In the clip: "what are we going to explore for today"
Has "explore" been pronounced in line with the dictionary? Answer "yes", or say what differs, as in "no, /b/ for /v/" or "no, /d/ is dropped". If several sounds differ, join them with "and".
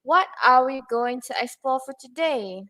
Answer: no, /l/ is dropped